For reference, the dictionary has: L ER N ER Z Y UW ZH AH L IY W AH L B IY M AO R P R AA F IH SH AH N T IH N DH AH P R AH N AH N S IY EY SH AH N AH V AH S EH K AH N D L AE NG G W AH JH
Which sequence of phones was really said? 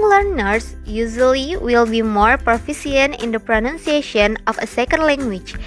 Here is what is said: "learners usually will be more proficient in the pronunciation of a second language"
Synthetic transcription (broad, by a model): L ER N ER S Y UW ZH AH L IY W AH L B IY M AO R P R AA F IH S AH N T IH N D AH P R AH N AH N S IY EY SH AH N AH F AH S EH K AH N D L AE NG G W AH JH